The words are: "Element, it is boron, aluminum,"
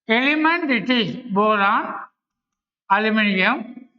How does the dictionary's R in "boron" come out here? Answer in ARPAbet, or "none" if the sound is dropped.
L